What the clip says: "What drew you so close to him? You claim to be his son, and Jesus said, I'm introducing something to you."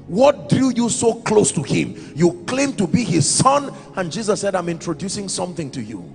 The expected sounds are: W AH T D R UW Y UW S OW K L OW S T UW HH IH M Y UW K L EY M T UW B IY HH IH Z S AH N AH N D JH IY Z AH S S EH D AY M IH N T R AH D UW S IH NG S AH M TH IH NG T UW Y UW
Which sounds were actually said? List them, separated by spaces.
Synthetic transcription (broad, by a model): W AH T D R UW Y UW S OW K L OW S T UW HH IH M Y UW K L EY M T UW B IY HH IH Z S AH N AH N JH IY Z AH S S EH D AY M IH N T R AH D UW S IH NG S AH M TH IH NG T UW Y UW